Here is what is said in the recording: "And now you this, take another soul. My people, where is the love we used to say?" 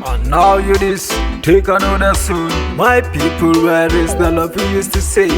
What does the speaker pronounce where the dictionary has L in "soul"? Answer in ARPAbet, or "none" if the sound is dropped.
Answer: N